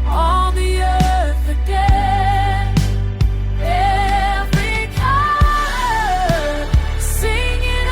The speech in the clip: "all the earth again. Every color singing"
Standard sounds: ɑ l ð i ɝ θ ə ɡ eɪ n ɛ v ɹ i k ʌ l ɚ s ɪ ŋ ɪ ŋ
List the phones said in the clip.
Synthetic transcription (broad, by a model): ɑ l ð i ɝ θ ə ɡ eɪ ɛ v ɹ i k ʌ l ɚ s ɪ ŋ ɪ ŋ